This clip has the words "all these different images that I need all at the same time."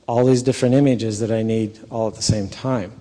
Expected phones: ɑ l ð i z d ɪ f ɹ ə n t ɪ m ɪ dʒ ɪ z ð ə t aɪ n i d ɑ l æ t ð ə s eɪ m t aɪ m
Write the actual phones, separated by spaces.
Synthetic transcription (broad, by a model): ɑ l ð i z d ɪ f ɹ ə n t ɪ m ɪ dʒ ɪ z ð ə t aɪ n i d ɑ l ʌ t ð ə s eɪ m t aɪ m